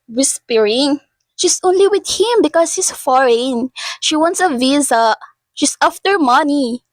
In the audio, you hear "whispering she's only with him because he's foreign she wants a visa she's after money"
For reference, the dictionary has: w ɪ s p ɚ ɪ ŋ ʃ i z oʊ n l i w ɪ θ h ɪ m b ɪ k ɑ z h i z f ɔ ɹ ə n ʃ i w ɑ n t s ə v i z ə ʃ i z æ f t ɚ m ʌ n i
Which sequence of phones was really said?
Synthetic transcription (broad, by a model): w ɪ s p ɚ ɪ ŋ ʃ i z oʊ n l i w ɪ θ h ɪ m b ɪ k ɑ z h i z f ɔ ɹ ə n ʃ i w ɑ n t s ə v i z ə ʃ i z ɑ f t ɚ m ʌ n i